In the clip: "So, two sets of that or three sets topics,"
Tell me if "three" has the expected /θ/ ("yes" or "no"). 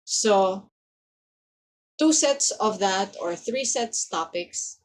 yes